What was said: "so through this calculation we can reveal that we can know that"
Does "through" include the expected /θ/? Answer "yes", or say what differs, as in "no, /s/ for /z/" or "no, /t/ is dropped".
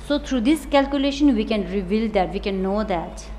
no, /t/ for /θ/